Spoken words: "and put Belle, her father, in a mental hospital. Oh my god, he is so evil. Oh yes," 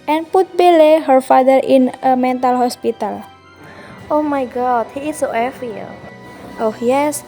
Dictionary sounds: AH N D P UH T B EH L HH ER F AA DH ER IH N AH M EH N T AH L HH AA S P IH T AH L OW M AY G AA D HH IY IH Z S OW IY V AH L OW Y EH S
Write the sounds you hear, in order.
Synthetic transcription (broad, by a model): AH N P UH T B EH L HH ER F AA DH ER IH N AH M EH N T AH L HH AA S P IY T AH L OW M AY G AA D HH IY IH S OW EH F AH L OW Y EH S